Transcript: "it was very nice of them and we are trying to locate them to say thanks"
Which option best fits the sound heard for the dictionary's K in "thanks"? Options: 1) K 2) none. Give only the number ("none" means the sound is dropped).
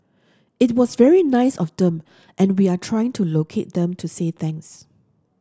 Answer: 2